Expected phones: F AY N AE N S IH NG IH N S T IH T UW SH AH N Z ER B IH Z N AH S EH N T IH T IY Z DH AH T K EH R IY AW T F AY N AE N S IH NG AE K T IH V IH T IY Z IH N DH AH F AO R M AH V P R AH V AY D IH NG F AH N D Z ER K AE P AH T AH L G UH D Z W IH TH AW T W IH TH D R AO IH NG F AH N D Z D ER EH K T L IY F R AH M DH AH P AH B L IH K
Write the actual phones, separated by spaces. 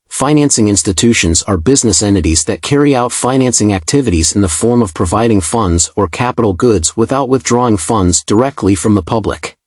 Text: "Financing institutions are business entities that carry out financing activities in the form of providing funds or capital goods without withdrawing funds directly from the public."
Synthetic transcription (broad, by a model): F AY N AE N S IH NG IH N S T IH T UW SH AH N Z ER B IH Z N AH S EH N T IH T IY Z DH AH T K EH R IY AW T F AY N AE N S IH NG AE K T IH V IH T IY Z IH N DH AH F AO R M AH V P R AH V AY D IH NG F AH N D Z ER K AE P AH T L G UH D Z W IH TH AW T W IH TH D R AO IH NG F AH N D Z D ER EH K T L IY F R AH M DH AH P AH B L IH K